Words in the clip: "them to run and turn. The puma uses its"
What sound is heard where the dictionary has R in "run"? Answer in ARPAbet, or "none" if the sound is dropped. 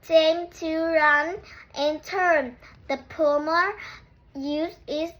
R